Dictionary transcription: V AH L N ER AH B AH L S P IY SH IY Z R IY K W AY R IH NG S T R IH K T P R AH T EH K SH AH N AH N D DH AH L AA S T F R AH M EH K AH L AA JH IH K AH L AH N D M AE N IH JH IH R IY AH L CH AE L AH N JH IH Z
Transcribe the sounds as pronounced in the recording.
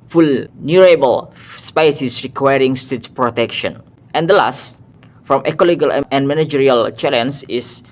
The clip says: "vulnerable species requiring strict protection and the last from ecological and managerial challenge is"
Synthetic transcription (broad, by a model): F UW L N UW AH B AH L S P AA S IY S R IY K W AY R IH NG S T IH T P R AH T EH K SH AH N AH N D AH L AA S T F R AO M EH K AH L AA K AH L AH N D M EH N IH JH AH R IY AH L CH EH L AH N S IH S